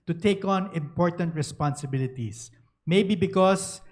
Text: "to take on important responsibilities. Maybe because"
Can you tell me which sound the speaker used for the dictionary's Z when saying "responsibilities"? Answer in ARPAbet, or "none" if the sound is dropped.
S